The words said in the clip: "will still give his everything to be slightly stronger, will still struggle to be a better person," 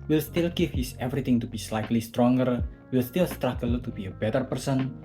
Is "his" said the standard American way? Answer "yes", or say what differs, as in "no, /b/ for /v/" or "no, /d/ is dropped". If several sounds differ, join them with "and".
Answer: no, /s/ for /z/